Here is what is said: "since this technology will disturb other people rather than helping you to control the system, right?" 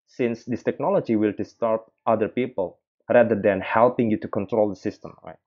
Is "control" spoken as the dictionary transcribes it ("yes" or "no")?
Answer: yes